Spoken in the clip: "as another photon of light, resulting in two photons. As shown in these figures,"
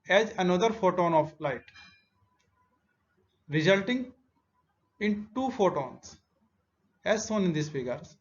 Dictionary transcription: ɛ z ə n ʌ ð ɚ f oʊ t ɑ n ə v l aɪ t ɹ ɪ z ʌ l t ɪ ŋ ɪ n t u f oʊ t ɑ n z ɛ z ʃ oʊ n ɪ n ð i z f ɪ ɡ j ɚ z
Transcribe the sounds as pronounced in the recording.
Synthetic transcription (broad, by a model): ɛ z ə n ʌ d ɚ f oʊ t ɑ n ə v l aɪ t ɹ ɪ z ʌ l t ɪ ŋ ɪ n t u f oʊ t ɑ n s ɛ z s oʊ n ɪ n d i s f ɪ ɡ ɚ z